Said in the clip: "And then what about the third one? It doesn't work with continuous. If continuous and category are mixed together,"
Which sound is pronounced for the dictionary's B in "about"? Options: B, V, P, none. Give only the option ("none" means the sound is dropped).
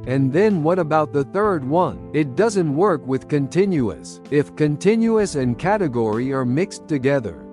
B